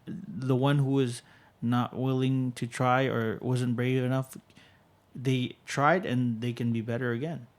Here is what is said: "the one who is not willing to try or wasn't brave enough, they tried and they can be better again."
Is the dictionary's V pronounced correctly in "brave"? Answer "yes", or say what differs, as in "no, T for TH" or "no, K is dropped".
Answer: yes